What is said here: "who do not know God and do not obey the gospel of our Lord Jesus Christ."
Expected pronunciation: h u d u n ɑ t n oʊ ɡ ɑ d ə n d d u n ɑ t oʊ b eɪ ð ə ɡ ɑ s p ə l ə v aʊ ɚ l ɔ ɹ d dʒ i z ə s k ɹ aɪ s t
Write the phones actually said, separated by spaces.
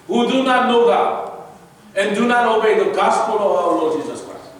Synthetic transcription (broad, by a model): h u d u n ɑ t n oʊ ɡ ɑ ə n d d u n ɑ t oʊ b eɪ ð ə ɡ ɑ s p ə l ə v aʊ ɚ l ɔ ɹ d dʒ i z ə s k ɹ aɪ s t